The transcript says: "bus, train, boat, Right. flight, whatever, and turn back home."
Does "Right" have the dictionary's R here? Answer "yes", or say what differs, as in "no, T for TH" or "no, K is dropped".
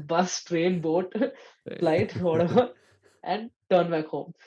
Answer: no, L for R